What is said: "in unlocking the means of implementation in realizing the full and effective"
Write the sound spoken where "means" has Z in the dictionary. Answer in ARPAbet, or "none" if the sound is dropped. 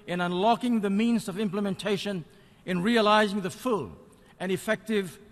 Z